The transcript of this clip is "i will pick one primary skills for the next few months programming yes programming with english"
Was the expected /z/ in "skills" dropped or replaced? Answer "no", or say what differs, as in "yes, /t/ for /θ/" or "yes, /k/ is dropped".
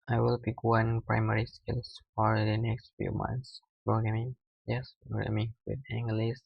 yes, /s/ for /z/